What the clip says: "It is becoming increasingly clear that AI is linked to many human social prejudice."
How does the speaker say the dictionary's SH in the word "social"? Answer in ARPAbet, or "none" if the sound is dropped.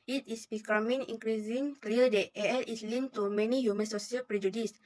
S